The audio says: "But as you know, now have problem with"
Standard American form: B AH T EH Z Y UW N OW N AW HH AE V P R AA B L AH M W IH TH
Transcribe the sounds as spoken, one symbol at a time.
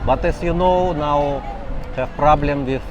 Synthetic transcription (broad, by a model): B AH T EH S Y UW N OW N AW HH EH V P R AA B L AH M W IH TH